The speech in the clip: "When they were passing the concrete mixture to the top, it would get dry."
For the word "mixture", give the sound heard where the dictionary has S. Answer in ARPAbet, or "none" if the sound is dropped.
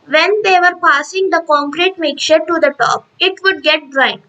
none